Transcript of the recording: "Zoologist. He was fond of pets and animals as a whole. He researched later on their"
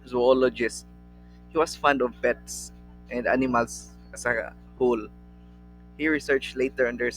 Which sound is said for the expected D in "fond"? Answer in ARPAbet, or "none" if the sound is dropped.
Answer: D